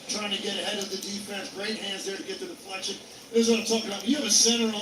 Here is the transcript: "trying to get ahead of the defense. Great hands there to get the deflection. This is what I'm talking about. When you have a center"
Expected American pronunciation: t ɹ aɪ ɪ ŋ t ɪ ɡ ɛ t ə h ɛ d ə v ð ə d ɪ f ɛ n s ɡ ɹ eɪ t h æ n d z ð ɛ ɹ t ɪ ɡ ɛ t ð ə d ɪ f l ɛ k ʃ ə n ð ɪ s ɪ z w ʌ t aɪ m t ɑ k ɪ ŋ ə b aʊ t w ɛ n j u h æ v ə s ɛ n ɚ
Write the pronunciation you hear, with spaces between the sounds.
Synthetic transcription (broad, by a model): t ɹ aɪ ɪ ŋ t ɪ ɡ ɛ t ə h ɛ d ə v ð ə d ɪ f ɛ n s ɡ ɹ eɪ t h æ n d z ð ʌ ɹ t ɪ ɡ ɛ t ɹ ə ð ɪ p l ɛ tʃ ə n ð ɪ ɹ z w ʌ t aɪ t ɑ k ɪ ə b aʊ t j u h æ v ə s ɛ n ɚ